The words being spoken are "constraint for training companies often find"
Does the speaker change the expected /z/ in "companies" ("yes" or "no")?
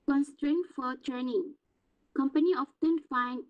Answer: yes